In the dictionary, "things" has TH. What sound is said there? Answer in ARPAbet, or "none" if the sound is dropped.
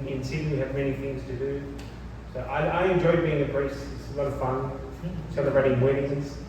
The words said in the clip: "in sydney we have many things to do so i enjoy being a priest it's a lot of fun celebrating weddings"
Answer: TH